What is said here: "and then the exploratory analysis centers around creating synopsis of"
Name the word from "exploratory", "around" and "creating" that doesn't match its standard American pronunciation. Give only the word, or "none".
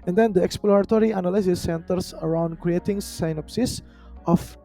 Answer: none